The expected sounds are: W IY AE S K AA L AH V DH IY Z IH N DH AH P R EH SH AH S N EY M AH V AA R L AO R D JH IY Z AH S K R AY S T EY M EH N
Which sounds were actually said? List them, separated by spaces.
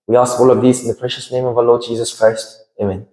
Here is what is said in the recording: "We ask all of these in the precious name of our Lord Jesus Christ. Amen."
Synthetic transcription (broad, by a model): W IY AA S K AA L AH V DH IY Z IH N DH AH P R EH SH AH S N EY M AH V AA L AO D JH IY Z AH S K R AY S T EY M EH N